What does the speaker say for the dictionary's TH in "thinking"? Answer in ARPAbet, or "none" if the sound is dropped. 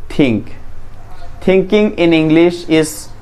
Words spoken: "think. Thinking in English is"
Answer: T